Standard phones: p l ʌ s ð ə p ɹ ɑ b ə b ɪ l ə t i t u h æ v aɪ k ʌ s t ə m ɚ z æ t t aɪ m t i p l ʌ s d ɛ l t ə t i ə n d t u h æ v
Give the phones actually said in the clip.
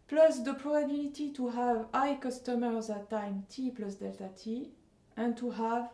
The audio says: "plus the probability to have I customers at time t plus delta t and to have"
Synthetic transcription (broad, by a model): p l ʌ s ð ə p ɹ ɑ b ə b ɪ l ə t i t u h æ v aɪ k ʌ s t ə m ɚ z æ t t aɪ m t i p l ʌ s d ɛ l t ə t i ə n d t u h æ v